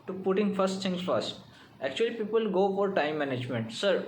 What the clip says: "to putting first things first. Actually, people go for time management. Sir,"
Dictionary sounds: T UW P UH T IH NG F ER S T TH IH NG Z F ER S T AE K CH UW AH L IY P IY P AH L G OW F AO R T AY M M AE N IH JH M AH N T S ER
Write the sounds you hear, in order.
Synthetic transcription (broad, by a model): T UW P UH T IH NG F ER S T T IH NG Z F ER S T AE K CH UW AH L IY P IY P AH L G OW F AO R T AY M M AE N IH JH M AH N T S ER